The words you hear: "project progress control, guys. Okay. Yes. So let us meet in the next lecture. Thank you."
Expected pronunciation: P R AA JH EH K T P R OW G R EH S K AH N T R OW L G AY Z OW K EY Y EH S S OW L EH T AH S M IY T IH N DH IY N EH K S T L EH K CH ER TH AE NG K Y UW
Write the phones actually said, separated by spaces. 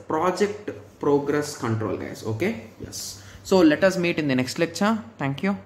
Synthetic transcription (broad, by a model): P R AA JH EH K T P R OW G R EH S K AH N T R OW L G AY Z OW K EY Y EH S S OW L EH T AH S M IY T IH N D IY N EH K S T L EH K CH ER T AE NG K Y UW